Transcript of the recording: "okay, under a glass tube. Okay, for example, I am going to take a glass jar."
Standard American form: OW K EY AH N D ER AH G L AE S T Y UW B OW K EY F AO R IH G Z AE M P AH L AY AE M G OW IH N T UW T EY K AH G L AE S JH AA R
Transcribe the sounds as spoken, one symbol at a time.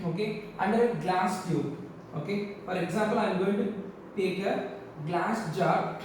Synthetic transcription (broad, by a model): OW K EY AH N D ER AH G L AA S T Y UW OW K EY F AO R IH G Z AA M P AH L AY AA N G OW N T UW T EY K AH G L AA S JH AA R